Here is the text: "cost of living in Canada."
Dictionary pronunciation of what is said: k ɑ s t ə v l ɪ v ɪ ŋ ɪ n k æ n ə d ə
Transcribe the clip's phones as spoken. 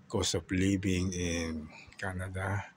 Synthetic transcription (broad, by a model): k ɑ s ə p l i b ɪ ŋ ɪ n k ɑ n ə d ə